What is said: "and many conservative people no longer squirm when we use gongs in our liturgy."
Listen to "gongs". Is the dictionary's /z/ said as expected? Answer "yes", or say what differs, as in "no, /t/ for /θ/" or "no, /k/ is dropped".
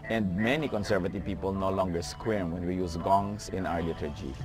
no, /s/ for /z/